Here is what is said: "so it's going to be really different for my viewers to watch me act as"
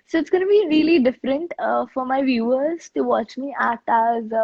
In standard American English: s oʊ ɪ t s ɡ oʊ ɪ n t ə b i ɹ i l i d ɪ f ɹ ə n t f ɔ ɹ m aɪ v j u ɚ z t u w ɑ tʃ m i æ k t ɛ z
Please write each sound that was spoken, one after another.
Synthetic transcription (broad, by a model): s oʊ ɪ t s ɡ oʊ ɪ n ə b i ɹ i l i d ɪ f ɹ ə n t f ɔ ɹ m aɪ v j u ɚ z t u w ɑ tʃ m i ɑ t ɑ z